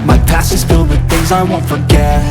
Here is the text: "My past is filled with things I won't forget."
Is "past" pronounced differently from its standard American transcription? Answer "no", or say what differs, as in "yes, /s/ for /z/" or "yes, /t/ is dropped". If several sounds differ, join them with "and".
yes, /t/ is dropped